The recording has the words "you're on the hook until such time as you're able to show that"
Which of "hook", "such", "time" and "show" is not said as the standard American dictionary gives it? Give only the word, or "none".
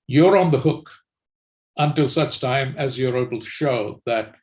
none